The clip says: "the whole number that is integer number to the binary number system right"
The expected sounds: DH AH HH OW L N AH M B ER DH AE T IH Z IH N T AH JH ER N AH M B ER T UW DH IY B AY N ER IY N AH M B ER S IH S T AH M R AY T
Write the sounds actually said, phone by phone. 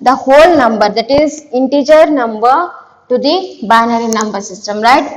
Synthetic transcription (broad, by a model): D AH HH OW L N AH M B ER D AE T IH Z IH N T AH JH ER N AH M B ER T UW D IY B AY N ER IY N AH M B ER S IH S T AH M R AY T